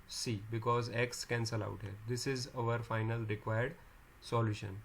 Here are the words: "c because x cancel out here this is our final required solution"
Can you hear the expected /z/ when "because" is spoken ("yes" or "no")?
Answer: yes